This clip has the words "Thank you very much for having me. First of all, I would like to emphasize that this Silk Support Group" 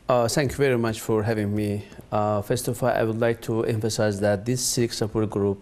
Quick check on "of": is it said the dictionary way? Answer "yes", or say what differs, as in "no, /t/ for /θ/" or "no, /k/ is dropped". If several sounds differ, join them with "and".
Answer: no, /f/ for /v/